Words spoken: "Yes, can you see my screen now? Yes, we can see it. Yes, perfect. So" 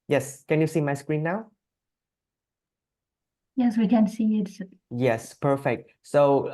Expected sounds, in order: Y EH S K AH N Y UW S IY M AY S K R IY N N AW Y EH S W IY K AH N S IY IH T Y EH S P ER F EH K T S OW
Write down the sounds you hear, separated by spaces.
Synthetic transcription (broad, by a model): Y EH S K AH N Y UW S IY M AY S K R IY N N AW Y EH S W IY K AH N S IY IH T Y EH S P ER F EH K T S OW